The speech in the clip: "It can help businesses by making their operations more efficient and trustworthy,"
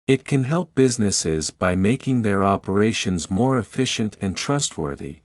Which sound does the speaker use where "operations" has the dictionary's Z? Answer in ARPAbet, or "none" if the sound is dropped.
Z